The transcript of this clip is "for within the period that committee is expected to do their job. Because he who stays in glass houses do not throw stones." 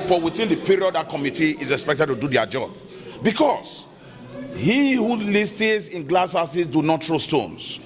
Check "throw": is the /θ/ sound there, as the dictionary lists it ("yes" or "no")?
no